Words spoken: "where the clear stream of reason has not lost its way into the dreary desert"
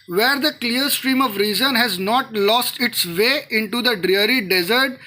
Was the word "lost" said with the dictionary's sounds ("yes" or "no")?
yes